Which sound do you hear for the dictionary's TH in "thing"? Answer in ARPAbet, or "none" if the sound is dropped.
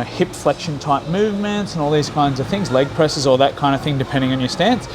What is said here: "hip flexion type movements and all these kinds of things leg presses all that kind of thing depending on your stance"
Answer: TH